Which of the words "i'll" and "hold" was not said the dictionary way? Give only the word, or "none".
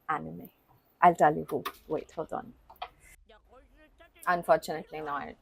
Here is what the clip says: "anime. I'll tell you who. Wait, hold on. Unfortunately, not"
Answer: hold